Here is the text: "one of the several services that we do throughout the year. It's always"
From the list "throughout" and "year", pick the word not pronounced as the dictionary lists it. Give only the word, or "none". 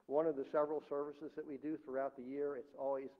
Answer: none